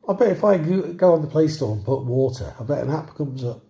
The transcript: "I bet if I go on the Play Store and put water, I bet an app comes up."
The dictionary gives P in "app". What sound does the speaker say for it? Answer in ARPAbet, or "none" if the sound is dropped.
B